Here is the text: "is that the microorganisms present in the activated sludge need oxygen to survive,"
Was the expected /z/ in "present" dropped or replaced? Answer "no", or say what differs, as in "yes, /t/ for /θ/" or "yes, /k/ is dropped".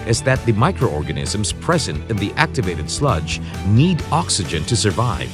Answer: no